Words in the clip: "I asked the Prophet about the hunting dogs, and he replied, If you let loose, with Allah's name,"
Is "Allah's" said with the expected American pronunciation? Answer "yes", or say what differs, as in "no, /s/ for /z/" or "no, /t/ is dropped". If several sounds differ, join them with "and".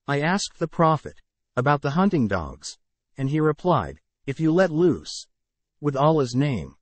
yes